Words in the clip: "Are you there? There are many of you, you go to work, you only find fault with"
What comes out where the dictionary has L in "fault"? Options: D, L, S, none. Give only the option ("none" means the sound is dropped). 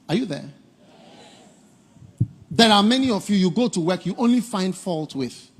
L